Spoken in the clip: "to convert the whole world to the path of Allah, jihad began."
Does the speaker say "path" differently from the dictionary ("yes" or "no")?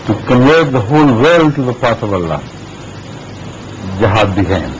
yes